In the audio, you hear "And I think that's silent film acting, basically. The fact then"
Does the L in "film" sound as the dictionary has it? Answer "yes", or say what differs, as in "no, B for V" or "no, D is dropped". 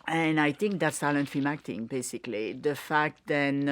no, L is dropped